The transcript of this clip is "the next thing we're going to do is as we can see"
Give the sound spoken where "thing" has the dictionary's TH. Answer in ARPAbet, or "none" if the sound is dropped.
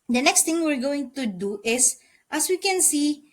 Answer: T